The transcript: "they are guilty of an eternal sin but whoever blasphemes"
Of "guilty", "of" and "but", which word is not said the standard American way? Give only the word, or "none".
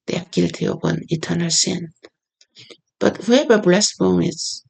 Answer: of